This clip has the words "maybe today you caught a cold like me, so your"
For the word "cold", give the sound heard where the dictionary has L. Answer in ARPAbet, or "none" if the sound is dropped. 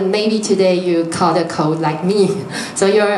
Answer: none